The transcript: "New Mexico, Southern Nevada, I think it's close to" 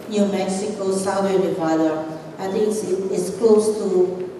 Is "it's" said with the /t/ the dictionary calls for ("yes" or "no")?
no